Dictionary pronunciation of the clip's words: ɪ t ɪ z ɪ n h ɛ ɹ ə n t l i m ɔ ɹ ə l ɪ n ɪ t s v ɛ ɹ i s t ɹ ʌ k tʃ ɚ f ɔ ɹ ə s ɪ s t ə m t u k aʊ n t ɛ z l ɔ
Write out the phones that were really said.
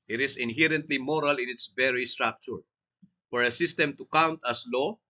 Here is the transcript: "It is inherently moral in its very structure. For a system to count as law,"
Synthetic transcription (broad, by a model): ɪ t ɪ s ɪ n h ɛ ɹ ə n t l i m ɔ ɹ ə l ɪ n ɪ t s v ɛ ɹ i s t ɹ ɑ k tʃ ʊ f ɔ ɹ ə s ɪ s t ə m t u k aʊ n t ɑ s l ɔ